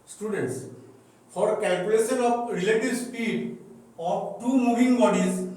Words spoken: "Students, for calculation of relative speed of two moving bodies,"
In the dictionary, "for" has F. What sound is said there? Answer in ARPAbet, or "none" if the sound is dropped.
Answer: P